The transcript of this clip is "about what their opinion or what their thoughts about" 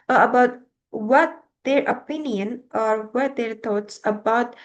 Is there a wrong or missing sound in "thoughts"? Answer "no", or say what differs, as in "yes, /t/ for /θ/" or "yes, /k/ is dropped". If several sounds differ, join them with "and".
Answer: yes, /t/ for /θ/